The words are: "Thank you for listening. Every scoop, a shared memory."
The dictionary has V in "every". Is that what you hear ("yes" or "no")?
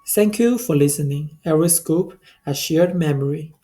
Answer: no